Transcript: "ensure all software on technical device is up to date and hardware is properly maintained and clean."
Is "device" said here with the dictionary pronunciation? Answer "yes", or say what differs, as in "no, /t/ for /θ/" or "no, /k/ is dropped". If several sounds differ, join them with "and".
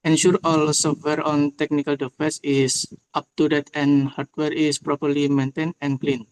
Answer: no, /f/ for /v/